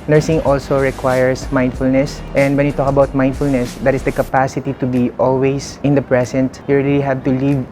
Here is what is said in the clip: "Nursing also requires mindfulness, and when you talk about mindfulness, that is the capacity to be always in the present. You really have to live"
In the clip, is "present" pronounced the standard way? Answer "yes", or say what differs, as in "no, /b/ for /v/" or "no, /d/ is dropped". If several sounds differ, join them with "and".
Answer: no, /s/ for /z/